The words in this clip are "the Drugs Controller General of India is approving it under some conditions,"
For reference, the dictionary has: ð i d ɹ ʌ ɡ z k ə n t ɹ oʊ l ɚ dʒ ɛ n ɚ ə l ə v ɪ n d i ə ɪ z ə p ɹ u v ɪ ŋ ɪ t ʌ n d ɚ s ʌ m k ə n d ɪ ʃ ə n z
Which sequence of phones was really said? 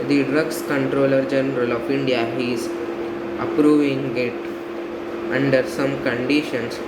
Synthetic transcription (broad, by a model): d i d ɹ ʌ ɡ s k ə n t ɹ oʊ l ɚ dʒ ɛ n ɚ ə l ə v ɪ n d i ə ɪ z ə p ɹ u v ɪ ŋ ɪ t ʌ n d ɚ s ʌ m k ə n d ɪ ʃ ə n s